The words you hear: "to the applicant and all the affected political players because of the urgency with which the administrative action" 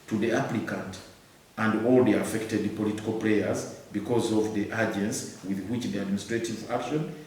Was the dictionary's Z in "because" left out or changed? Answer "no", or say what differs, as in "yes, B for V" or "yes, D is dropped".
no